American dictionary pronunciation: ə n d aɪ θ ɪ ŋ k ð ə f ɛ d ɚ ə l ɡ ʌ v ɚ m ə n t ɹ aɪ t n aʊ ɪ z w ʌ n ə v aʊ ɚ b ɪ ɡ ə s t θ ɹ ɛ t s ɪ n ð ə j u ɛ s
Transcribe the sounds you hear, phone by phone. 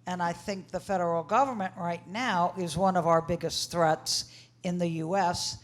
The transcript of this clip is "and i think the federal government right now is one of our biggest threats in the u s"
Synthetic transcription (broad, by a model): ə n aɪ θ ɪ ŋ k ð ə f ɛ d ɚ l ɡ ʌ v ɚ m ə n t ɹ aɪ t n aʊ ɪ z w ʌ n ə v aʊ ɚ b ɪ ɡ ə s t θ ɹ ɛ t s ɪ n ð ə j u ɛ s